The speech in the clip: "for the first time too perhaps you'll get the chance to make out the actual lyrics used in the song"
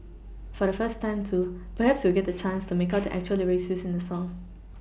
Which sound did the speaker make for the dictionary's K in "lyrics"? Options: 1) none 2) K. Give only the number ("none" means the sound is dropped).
1